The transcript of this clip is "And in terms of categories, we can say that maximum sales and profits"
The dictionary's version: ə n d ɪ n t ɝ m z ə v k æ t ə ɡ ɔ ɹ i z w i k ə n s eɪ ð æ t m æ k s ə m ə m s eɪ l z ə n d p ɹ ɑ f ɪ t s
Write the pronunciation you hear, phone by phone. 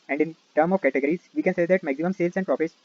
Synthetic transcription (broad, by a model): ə n d ɪ n t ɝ m ə v k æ t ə ɡ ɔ ɹ i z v i k ə n s eɪ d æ t m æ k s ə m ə m s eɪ l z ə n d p ɹ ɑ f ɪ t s